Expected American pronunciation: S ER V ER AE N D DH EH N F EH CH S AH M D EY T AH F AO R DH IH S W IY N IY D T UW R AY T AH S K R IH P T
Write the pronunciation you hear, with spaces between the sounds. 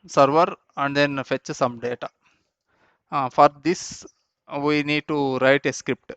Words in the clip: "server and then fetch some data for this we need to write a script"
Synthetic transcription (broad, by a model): S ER V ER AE N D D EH N F EH CH S AH M D EY T AH F AO R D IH S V IY N IY D T UW R AY T AH S K R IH P T